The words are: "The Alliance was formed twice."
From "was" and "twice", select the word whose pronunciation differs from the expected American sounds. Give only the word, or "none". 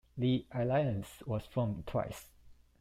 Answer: was